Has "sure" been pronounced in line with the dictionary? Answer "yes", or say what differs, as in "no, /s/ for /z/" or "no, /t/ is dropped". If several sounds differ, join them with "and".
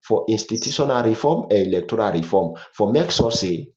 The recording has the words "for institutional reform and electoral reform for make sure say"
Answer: no, /s/ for /ʃ/